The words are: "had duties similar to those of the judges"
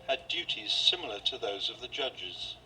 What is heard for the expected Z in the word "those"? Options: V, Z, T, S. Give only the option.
Z